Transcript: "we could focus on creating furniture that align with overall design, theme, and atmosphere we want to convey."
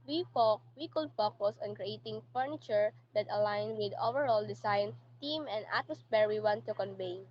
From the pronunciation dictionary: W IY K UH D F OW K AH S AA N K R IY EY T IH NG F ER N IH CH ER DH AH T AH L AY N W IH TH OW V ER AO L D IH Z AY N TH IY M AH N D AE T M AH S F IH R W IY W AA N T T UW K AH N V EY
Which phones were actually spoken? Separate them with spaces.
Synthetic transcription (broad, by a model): W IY K UH D F OW K AH S AA N K R IY EY T IH NG F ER N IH CH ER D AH T AH L AY N W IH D OW V ER AO L D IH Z AY N T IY M AH N D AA T M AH S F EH R W IY W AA N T T UW K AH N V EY